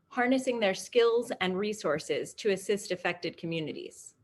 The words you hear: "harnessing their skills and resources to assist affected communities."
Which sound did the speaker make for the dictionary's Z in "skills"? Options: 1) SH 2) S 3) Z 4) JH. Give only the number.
3